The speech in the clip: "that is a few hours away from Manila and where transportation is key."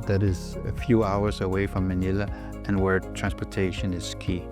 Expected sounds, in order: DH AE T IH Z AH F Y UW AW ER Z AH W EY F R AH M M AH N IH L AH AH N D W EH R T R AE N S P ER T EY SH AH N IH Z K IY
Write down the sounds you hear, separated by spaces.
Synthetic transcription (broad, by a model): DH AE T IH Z AH F Y UW AW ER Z AH W EY F R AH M M AH N IH L AH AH N W EH R T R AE N S P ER T EY SH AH N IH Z K IY